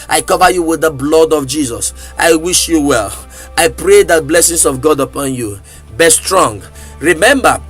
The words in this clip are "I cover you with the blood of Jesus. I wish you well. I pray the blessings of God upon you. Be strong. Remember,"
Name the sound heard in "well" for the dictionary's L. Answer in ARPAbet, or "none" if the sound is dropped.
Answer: L